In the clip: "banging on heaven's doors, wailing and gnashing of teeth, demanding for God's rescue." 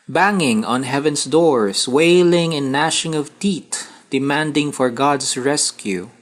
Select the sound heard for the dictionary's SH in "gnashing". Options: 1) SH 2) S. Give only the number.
1